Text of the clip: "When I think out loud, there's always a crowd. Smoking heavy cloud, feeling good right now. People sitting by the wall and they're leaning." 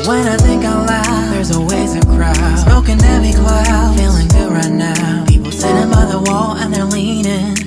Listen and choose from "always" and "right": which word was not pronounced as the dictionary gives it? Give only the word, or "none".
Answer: always